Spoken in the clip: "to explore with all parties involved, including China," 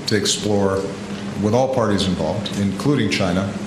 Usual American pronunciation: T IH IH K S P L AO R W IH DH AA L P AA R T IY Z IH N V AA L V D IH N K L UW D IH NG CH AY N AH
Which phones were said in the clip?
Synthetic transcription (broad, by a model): T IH IH K S P L AO R W IH DH AA L P AA R T IY Z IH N V AA L V D IH N K L UW D IH NG CH AY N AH